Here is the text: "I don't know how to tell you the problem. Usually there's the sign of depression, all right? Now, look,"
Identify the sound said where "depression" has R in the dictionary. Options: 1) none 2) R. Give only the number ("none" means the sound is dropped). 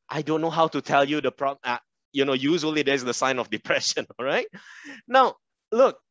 2